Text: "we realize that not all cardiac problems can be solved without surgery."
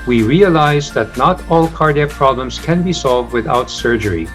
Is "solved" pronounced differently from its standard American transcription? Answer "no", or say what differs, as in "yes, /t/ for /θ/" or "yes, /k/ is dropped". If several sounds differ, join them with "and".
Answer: no